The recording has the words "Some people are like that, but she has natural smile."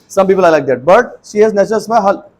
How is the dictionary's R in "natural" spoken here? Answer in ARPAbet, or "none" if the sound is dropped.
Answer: none